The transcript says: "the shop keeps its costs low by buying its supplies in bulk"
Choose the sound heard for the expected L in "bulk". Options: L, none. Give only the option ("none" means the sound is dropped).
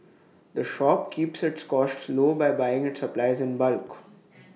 L